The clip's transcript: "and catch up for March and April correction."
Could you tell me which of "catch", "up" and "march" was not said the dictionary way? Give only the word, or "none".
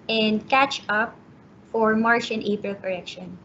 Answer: none